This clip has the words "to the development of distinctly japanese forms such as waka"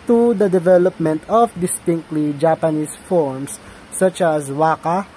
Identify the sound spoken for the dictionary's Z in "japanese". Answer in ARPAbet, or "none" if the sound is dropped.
S